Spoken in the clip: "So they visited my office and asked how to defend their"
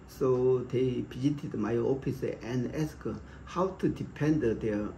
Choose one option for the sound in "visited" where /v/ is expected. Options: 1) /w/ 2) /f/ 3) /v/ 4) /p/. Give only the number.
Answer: 4